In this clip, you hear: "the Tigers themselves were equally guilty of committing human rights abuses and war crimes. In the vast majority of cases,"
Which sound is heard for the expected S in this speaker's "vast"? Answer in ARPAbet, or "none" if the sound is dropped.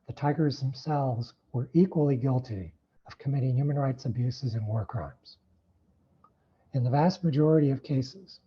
S